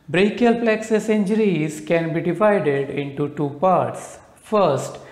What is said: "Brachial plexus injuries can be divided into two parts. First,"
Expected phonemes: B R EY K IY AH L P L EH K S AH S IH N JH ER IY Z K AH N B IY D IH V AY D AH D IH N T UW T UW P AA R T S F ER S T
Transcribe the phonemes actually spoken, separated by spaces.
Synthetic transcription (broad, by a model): B R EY K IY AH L P L EH K S AH S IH N JH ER IY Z K AH N B IY D IH V AY D AH D IH N T UW T UW P AA R T S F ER S T